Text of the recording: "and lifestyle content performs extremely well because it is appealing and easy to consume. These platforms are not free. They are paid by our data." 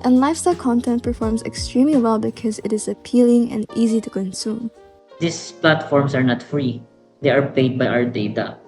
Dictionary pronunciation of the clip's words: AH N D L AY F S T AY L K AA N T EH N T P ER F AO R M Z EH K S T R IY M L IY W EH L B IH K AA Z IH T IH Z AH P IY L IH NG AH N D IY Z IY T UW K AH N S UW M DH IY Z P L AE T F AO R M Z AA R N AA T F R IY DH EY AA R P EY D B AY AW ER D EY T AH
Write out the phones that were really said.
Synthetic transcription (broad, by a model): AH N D L AY F S T AY L K AA N T EH N T P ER F AO R M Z EH K S T R IY M L IY W EH L B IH K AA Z IH T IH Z AH P IY L IH NG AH N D IY Z IY T UW K AH N S UW M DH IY S P L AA T F AO R M S AA R N AA T F R IY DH EY AA R P EY D B AY AW ER D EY T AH